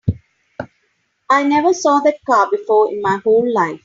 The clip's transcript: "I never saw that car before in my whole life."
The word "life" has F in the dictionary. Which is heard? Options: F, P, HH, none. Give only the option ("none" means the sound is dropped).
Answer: F